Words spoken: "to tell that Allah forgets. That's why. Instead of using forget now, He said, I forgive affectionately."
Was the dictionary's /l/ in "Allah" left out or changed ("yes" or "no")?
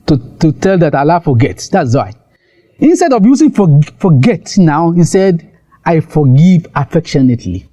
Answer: no